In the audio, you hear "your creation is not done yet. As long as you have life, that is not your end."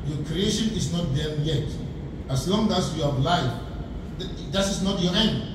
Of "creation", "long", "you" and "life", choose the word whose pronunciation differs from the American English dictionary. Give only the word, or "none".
none